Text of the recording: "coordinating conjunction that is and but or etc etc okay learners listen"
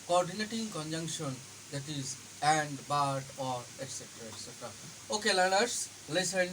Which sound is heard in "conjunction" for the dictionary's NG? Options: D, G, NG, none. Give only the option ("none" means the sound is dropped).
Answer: NG